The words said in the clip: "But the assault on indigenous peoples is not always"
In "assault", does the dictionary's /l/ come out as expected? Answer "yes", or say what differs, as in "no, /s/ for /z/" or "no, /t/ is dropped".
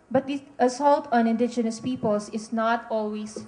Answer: yes